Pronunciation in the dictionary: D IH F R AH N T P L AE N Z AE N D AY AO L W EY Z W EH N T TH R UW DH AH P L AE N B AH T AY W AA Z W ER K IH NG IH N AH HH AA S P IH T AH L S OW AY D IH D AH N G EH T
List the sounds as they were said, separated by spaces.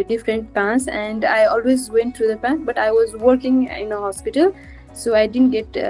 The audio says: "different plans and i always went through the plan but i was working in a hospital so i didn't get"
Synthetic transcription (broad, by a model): D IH F R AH N T P AE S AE N D AY AO L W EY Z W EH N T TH R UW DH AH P AE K B AH T AY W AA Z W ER K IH NG IH N AH HH AA S P IH T AH L S OW AY D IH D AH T G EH T